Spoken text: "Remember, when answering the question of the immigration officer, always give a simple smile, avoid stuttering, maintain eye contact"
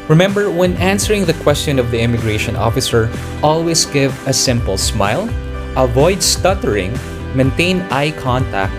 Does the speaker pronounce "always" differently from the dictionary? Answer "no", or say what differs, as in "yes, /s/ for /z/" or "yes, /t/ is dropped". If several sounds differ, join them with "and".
yes, /s/ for /z/